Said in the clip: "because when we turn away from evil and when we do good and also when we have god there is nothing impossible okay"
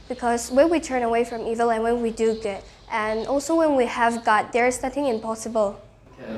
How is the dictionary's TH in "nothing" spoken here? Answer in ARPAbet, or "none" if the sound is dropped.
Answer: TH